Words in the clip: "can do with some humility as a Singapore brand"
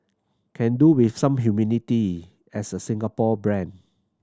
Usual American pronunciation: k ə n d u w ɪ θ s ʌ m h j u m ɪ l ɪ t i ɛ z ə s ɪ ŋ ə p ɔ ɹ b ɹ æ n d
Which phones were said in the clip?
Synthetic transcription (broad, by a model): k ə n d u w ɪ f s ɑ m h j u m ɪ n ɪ t i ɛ s ə s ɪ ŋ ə p ɔ b ɹ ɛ n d